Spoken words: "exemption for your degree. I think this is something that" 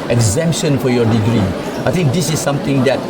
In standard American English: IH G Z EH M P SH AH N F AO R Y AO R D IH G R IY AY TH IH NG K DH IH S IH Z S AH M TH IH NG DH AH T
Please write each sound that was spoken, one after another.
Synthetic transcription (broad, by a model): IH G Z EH M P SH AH N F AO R Y AO R D IH G R IY AY T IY NG K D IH S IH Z S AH M T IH NG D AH T